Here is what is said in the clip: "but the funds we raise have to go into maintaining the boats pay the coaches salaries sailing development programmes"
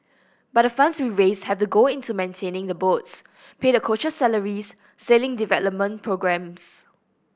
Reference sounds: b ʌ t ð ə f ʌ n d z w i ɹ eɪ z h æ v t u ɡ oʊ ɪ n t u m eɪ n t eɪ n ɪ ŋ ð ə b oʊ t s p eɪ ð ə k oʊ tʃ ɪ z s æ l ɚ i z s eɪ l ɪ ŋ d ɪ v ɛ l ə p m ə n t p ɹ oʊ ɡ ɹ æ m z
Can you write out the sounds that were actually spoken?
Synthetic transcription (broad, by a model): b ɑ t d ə f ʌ n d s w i ɹ eɪ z h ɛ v t u ɡ oʊ ɪ n t u m eɪ n t eɪ n ɪ ŋ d ə b oʊ t s p eɪ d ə k oʊ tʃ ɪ s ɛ l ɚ i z s eɪ l ɪ ŋ d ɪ v ɛ l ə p m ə n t p ɹ oʊ ɡ ɹ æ m s